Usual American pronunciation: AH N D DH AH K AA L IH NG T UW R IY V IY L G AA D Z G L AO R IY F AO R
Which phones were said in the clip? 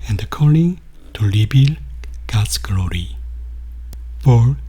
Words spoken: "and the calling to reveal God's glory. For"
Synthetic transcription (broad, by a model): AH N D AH K AA L IH NG T UW L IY B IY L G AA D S G L AO R IY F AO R